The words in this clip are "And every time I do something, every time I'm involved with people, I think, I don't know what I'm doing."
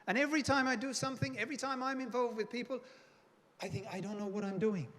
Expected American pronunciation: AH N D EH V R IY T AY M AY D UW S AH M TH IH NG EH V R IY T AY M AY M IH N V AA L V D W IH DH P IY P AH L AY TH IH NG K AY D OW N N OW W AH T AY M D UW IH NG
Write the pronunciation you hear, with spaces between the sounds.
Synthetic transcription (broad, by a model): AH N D EH V R IY T AY M AY D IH S AH M TH IH NG EH V R IY T AY M AY M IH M V AA L V D W IH DH P IY P AH L AY TH IH NG K AY D OW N N OW W AH T AY M D UW IH NG